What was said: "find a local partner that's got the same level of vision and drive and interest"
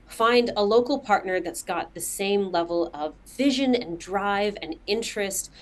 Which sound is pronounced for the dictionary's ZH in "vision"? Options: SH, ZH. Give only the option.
ZH